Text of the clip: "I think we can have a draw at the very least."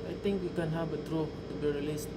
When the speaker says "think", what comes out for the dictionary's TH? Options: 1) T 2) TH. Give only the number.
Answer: 1